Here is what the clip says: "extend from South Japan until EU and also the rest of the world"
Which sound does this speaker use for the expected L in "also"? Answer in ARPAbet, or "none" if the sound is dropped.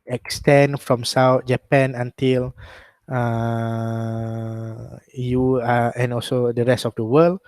L